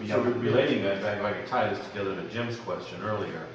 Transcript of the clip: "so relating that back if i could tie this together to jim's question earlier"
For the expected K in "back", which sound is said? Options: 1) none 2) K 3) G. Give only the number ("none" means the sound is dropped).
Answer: 1